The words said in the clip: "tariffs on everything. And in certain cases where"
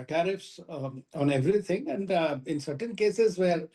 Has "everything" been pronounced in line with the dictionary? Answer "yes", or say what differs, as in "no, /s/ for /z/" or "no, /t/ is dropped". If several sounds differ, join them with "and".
no, /t/ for /θ/